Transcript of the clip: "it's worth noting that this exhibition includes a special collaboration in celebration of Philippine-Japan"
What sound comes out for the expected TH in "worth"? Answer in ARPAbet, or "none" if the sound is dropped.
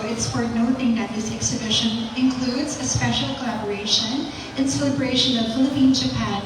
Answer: T